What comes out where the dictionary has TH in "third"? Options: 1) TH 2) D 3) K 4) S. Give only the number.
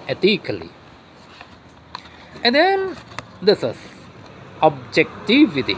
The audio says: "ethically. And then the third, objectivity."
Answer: 4